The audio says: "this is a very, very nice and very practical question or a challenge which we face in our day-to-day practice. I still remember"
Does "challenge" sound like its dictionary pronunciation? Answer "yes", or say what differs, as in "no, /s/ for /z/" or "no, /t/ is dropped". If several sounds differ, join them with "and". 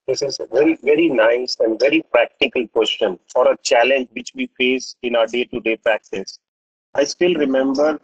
yes